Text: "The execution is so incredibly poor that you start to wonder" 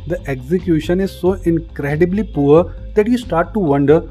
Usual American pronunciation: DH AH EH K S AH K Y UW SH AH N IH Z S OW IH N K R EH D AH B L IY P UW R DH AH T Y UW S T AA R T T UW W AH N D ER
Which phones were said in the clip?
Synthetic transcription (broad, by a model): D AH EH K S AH K Y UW SH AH N IH Z S OW IH N K R EH D AH B L IY P UW R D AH T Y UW S T AA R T T UW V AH N D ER